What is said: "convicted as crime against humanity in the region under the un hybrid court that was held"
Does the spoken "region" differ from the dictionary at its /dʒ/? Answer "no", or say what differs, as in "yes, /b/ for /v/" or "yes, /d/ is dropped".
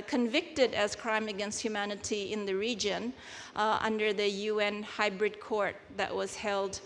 no